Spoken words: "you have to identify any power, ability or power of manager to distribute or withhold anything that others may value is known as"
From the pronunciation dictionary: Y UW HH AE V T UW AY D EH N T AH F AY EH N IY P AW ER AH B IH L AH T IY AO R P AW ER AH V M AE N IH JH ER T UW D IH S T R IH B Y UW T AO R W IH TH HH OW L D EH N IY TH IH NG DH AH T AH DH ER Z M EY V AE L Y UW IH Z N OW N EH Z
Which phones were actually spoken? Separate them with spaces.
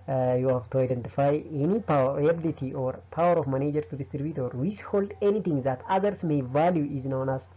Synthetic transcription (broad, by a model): Y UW HH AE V T UW AY D EH N T AH F AY EH N IY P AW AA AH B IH L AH T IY AO R P AW ER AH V M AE N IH JH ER T UW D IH S T R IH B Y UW T AO R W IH S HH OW L D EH N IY T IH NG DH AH T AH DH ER S M EY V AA L Y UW IH Z N OW N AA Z